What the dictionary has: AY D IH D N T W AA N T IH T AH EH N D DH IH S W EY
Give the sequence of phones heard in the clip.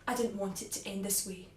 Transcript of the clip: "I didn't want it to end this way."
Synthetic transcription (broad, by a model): AY D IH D N T W AA N T IH T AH EH N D DH IH S W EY